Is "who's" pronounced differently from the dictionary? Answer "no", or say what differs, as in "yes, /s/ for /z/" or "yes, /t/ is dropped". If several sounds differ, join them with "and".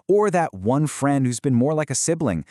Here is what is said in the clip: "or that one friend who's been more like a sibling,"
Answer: no